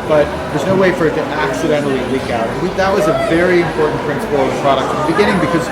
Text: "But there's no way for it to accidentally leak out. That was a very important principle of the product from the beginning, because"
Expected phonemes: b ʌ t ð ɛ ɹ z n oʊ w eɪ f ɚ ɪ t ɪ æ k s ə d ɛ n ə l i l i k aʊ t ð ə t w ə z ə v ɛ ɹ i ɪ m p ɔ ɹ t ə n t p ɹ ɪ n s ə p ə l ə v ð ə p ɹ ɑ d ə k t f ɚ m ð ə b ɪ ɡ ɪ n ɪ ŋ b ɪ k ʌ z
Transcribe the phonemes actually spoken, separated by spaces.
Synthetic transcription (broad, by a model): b ʌ t ð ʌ ɹ z n oʊ w eɪ f ɚ ɪ t ɪ æ k s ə d ɛ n l i l i k aʊ t ð ə t w ə z ə v ɛ ɹ i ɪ m p ɔ ɹ t n p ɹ ɪ n s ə p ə l ə v ð ə p ɹ ɑ d ə k t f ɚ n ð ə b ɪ ɡ ɪ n ɪ ŋ b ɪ k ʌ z